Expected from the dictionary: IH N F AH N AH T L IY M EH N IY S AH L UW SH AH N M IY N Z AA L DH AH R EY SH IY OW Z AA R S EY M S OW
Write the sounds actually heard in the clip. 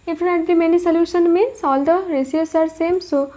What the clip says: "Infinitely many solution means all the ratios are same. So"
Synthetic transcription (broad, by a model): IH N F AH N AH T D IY M EH N IY S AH L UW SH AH N M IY N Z AA L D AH R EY S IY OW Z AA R S EY M S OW